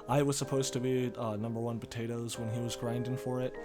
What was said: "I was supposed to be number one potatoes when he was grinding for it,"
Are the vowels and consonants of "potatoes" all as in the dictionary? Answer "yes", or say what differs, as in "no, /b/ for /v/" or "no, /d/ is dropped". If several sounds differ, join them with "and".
yes